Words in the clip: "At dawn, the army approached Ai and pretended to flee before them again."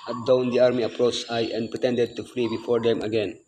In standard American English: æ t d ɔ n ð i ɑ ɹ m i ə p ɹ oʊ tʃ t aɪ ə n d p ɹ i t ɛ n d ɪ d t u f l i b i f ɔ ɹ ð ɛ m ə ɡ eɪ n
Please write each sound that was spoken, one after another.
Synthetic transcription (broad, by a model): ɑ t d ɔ n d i ɑ ɹ m i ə p ɹ oʊ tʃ aɪ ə n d p ɹ i t ɛ n d ɪ d t u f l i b i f ɔ ɹ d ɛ m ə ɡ eɪ n